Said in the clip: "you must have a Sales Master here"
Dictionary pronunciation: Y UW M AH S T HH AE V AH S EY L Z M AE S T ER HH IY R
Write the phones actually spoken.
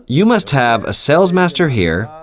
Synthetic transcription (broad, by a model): Y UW M AH S T HH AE V AH S EY L Z M AE S T ER HH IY R